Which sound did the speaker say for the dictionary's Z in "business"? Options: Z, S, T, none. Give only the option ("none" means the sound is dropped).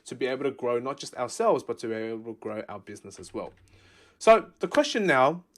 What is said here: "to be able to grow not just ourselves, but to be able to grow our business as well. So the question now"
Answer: Z